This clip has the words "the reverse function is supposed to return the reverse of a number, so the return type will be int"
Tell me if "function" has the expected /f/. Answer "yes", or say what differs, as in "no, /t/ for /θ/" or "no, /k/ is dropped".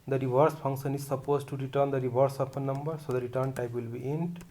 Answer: no, /p/ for /f/